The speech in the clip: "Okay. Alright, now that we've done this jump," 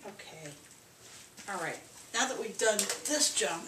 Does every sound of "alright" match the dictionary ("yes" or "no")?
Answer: yes